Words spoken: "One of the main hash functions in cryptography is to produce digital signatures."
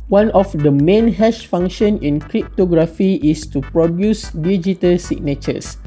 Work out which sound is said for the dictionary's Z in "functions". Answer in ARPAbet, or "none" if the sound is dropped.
none